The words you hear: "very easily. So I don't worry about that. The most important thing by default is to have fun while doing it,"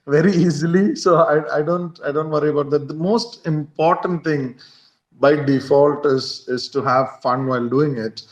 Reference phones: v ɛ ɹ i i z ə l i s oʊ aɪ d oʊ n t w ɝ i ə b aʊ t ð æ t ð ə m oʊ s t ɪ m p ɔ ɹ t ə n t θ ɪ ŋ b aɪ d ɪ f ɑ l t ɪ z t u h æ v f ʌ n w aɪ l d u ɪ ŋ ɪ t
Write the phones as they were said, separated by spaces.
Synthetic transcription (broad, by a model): v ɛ ɹ i i z ə l i s oʊ aɪ d oʊ n t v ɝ i ə b aʊ t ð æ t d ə m oʊ s t ɪ m p ɔ ɹ t ə n t t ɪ ŋ b aɪ d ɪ f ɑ l t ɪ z t u h æ v f ʌ n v aɪ l d u ɪ ŋ ɪ t